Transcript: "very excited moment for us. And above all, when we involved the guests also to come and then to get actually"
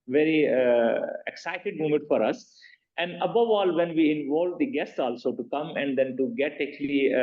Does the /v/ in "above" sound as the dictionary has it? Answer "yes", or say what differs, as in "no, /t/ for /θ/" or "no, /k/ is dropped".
yes